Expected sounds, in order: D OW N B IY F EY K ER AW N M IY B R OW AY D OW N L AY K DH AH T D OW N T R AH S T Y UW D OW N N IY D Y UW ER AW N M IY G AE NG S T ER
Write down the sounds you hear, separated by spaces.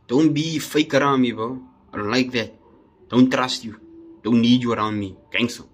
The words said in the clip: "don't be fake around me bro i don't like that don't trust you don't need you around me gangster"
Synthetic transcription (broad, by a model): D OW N B IY F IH K ER AW N M IY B OW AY D OW N L AY K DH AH T D OW N T R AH S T Y UW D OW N N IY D Y UW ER AW N M IY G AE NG S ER